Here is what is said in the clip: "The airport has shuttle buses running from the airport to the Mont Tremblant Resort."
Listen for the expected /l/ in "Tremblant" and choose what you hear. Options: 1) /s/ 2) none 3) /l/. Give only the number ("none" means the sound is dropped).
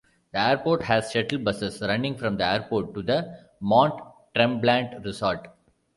3